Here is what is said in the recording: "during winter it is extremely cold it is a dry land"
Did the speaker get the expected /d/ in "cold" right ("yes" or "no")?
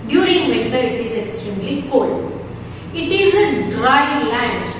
no